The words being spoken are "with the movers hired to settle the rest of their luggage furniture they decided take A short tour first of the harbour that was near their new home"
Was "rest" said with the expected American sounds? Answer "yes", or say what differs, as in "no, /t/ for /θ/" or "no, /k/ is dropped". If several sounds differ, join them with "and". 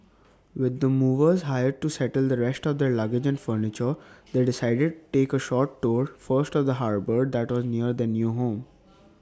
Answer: yes